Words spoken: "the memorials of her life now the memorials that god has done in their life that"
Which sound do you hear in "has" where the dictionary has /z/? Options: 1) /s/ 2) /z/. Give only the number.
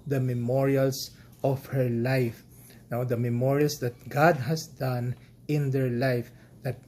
1